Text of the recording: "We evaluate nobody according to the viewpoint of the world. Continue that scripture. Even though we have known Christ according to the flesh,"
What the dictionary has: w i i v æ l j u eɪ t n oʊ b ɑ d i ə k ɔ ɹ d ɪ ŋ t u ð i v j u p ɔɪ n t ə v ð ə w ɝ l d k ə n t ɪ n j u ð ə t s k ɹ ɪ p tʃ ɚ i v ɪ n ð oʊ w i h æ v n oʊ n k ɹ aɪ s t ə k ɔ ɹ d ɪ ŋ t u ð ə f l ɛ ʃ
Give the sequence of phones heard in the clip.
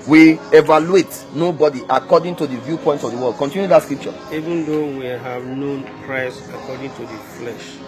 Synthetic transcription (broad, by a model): w i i v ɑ l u eɪ t n oʊ b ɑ d i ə k ɔ d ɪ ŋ t u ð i v j u p ɔɪ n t ə v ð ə w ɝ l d k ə n t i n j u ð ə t s k ɹ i p tʃ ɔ i v ɪ n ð oʊ w i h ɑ v n oʊ n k ɹ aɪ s ə k ɔ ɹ d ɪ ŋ t u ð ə f l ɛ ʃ